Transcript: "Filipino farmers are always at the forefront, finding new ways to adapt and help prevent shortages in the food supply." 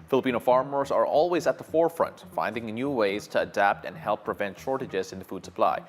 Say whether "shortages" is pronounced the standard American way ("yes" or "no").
yes